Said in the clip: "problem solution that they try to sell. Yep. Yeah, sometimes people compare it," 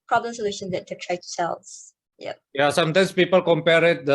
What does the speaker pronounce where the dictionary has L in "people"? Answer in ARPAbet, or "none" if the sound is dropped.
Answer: L